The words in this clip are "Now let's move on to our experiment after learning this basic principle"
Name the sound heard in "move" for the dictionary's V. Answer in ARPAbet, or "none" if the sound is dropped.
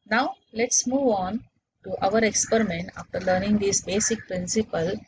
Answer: V